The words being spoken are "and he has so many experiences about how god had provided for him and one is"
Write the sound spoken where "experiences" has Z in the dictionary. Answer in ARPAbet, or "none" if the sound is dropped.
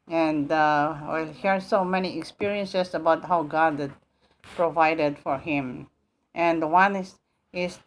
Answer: S